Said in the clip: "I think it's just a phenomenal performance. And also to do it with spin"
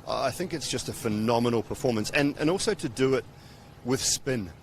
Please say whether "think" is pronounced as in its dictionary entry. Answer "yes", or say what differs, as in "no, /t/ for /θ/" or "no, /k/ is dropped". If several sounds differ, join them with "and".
yes